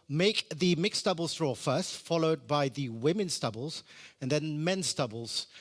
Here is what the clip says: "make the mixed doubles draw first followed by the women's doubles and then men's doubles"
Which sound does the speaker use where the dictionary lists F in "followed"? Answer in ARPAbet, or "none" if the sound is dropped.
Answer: F